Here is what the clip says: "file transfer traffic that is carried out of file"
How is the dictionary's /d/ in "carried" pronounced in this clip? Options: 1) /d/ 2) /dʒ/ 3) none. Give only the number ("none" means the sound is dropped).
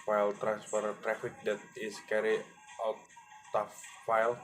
3